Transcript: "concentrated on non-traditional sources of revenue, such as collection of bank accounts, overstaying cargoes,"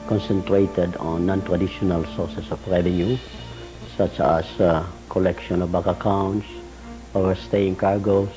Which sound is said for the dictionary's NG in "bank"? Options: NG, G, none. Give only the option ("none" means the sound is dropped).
none